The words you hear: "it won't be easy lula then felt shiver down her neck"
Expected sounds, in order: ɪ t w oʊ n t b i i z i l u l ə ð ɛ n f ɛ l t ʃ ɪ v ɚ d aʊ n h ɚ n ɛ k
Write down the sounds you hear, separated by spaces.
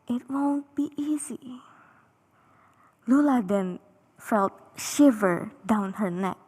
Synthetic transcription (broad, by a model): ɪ t w oʊ n t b i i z i l u l ə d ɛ n f ɛ l t ʃ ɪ v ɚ d aʊ n h ɚ n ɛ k